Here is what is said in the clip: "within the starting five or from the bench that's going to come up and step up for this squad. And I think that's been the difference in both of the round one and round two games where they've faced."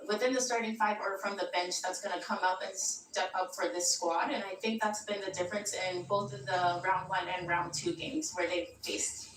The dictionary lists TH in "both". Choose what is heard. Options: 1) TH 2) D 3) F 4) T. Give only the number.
1